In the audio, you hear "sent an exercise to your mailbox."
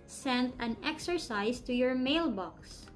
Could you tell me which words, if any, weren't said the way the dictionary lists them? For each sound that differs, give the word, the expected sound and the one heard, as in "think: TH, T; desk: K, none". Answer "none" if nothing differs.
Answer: exercise: Z, S